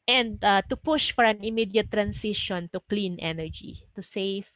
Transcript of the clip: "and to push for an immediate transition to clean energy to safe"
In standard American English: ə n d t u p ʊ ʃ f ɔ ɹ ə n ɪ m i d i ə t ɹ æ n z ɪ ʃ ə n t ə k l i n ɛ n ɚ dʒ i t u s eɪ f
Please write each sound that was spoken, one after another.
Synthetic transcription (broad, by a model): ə n d t u p ʊ ʃ f ɔ ɹ ə n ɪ m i d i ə t ɹ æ n s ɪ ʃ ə n t ə k l i n ɛ n ɚ dʒ i t u s eɪ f